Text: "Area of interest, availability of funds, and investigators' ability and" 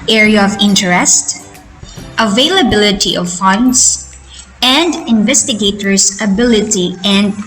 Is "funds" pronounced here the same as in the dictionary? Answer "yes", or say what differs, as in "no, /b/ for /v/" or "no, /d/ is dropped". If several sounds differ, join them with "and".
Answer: no, /s/ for /z/